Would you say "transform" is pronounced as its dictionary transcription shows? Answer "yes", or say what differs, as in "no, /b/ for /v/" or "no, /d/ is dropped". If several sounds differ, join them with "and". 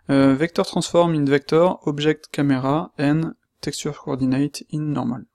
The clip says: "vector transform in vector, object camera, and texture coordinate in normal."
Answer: no, /n/ is dropped